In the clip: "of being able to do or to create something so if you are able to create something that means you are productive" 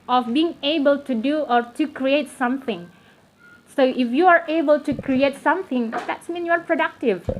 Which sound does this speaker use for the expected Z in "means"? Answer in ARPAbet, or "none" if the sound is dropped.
none